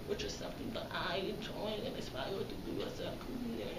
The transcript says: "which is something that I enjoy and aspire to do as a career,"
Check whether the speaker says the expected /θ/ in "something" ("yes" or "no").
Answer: yes